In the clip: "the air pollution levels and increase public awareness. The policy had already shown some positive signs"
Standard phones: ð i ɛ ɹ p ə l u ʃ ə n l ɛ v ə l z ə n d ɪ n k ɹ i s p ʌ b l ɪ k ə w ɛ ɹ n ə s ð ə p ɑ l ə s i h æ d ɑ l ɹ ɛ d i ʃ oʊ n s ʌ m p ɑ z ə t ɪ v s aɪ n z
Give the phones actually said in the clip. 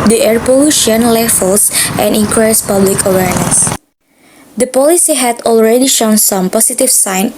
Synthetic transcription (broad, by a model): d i ɛ ɹ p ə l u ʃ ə n l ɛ f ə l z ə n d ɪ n k ɹ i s p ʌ b l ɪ k ə w ɛ ɹ n ə s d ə p ɑ l ə s i h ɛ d ɑ l ɹ ɛ d i ʃ oʊ n s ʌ m p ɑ s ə t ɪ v s aɪ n